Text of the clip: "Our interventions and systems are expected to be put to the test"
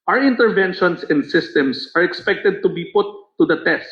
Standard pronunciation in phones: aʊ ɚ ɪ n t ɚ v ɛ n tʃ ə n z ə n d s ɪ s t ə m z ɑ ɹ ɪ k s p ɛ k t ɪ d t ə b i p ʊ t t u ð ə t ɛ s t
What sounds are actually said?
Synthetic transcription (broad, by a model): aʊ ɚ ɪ n t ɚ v ɛ n ʃ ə n s ə n d s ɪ s t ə m s ɑ ɹ ɪ k s p ɛ k t ɪ d t ə b i p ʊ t t u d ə t ɛ s t